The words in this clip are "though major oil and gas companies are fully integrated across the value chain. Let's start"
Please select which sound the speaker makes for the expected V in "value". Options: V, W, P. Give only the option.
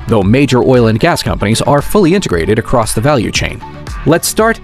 V